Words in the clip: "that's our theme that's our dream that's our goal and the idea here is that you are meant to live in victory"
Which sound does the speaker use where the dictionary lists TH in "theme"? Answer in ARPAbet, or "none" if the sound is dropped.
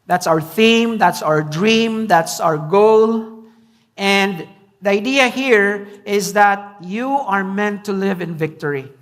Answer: TH